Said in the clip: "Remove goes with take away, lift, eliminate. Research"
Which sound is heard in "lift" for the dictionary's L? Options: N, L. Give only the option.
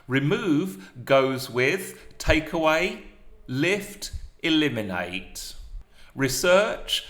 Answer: L